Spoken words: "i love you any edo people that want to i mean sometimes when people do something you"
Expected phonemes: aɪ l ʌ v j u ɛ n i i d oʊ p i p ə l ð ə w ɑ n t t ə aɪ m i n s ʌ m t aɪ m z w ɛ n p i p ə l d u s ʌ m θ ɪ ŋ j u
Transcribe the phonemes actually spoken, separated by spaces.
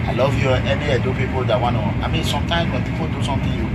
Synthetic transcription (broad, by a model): aɪ l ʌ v j u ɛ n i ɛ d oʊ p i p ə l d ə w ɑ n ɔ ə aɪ m i n s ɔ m t aɪ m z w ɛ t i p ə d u s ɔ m t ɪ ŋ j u